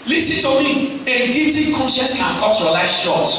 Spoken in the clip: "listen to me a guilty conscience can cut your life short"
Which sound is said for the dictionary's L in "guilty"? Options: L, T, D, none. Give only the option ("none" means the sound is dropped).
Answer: none